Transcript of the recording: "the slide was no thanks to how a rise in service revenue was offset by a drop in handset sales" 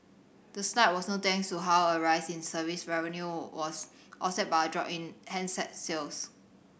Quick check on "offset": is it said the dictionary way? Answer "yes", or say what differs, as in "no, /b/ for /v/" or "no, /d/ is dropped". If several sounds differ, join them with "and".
no, /f/ is dropped